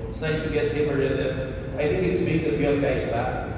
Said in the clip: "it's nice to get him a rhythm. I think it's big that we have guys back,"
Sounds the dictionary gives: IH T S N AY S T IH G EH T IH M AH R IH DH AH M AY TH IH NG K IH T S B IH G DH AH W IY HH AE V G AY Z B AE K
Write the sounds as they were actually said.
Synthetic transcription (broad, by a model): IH T S N AY S T IH G EH T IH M AH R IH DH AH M AY TH IH NG K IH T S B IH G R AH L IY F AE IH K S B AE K